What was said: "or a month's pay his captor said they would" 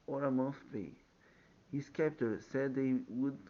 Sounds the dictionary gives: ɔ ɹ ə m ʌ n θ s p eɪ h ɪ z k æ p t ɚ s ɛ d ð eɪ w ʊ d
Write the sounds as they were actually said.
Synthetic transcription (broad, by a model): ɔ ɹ ə m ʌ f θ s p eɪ h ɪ s k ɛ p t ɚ s ɛ d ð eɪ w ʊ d